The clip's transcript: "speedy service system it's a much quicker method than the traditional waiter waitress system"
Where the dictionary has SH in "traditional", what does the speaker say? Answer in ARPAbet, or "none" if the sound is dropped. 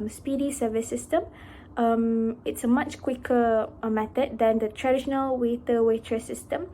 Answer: SH